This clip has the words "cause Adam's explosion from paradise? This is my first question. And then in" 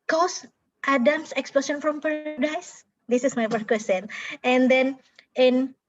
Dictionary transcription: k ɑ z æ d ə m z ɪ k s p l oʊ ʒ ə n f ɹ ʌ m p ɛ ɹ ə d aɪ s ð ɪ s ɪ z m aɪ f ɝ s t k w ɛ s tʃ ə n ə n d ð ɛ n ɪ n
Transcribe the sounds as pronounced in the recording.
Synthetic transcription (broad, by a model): k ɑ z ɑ d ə m s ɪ k s p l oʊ s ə n f ɹ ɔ m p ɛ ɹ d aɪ s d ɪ s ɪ s m aɪ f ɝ t k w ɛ s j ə n ə n d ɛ n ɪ n